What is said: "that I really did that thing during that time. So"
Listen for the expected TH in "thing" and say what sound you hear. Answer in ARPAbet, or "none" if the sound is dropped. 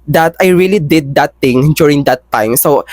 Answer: T